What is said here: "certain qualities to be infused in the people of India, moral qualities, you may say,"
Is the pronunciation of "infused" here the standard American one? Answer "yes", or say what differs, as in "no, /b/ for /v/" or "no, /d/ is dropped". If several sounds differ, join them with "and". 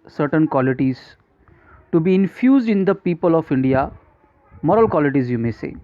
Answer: yes